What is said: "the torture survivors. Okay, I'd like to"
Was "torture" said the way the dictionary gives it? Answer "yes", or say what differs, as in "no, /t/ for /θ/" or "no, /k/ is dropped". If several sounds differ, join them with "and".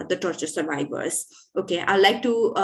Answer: yes